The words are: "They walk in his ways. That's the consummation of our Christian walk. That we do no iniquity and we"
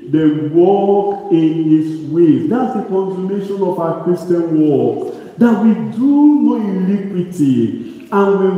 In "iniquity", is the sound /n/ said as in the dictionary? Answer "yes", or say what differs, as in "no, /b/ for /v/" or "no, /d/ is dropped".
no, /l/ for /n/